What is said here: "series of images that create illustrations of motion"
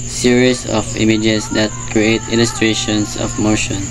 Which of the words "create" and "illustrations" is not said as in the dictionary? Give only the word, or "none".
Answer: illustrations